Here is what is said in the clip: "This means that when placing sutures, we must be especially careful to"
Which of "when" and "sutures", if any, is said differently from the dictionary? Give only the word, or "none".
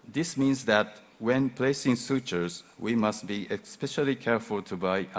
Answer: none